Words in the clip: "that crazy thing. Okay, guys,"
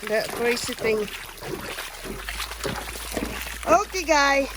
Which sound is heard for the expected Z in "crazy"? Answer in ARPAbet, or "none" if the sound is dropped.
S